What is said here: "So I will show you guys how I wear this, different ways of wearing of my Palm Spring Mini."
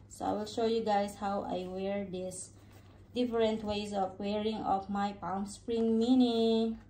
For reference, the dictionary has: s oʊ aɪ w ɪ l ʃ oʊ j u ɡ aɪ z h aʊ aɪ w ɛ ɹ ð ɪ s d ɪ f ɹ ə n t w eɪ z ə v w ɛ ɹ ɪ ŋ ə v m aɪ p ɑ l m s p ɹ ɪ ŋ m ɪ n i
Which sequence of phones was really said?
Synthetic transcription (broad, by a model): s oʊ aɪ w ɪ l ʃ oʊ j u ɡ aɪ s h aʊ aɪ w ɛ ɹ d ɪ s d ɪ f ɹ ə n t w eɪ s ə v w ɛ ɹ ɪ ŋ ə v m aɪ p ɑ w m s p ɹ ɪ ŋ m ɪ n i